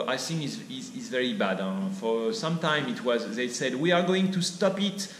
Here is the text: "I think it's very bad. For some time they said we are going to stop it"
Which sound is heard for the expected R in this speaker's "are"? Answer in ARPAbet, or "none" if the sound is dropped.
R